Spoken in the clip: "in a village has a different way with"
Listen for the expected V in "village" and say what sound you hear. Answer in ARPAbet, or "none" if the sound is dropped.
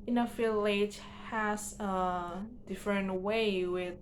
F